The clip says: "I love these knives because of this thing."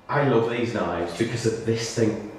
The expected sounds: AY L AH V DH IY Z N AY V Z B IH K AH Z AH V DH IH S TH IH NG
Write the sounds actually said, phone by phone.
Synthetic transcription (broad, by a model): AY L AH V DH IY Z N AY V Z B IH K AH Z AH V DH IH S TH IH NG